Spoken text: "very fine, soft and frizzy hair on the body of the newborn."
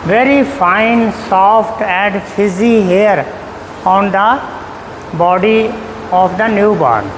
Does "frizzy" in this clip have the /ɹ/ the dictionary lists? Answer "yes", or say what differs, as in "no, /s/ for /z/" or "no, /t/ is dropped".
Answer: no, /ɹ/ is dropped